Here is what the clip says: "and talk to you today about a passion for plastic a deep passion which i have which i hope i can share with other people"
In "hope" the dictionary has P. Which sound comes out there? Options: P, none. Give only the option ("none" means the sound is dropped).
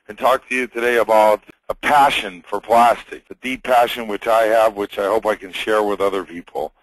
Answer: P